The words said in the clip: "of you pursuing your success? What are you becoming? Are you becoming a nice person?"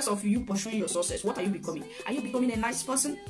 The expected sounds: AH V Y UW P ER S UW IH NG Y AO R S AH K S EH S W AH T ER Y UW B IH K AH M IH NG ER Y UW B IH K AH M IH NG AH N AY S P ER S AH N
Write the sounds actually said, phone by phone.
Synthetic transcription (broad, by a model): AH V Y UW P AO SH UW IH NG Y AO S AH S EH S W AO T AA Y UW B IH K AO M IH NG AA Y UW B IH K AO M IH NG AH N AY S P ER S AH N